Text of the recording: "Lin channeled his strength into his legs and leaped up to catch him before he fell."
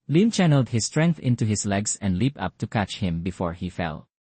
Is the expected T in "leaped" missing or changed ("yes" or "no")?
yes